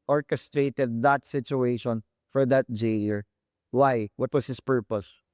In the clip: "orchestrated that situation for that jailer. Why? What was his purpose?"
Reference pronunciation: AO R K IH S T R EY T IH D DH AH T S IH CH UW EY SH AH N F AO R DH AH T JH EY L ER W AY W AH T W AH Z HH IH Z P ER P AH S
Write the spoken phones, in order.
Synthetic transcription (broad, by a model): AO R K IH S T R EY T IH D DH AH T S IH CH UW EY SH AH N F AO R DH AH T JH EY ER W AY W AH T W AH S HH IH S P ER P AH S